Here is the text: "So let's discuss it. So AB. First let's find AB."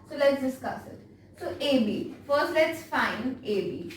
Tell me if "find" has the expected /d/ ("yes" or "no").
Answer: no